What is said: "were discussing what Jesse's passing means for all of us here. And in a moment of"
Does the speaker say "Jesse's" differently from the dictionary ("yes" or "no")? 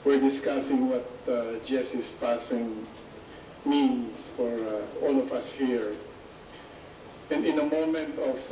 yes